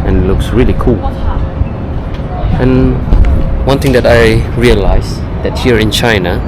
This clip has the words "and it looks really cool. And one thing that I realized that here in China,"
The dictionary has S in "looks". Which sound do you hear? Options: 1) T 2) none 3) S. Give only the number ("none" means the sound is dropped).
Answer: 3